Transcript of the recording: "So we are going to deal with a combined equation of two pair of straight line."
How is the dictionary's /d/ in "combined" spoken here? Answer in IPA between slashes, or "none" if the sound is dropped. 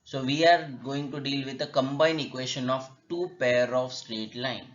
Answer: none